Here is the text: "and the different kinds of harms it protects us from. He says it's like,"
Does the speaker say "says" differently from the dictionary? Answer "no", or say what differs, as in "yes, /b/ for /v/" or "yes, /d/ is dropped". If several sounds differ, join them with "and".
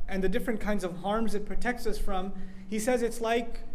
no